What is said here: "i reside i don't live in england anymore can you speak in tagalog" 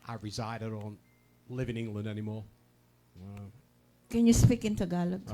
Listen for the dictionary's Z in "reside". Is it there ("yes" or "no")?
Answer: yes